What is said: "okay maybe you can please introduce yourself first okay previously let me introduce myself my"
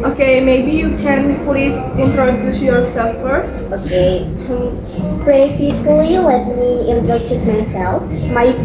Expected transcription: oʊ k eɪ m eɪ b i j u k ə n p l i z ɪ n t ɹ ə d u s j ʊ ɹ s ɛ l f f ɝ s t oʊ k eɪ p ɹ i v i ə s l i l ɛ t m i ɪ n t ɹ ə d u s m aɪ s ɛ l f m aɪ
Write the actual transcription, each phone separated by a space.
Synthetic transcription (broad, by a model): oʊ k eɪ m eɪ b i j u k ə n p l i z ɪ n t ɹ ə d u s j ʊ ɹ s ɛ l f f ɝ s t oʊ k eɪ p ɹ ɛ f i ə l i l ɛ t m i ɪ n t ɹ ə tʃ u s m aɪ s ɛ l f m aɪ